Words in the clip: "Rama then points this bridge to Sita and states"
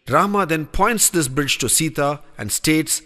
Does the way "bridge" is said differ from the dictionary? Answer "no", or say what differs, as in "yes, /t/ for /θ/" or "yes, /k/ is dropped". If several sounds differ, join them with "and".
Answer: no